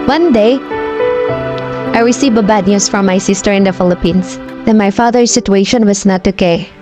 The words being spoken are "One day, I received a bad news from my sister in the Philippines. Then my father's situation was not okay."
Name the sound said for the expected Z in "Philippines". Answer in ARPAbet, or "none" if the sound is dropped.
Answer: S